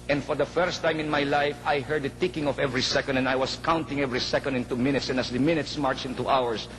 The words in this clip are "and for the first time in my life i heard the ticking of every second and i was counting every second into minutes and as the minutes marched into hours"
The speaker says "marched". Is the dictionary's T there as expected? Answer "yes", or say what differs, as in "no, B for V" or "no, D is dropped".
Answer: no, T is dropped